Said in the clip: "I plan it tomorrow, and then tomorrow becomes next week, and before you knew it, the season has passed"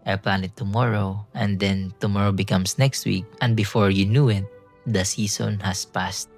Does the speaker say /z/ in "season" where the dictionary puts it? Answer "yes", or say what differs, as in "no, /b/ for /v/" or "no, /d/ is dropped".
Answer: no, /s/ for /z/